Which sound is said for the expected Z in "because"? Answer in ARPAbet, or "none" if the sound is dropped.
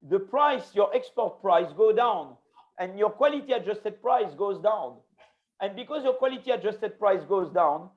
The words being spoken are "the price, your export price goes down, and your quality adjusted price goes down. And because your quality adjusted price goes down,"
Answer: Z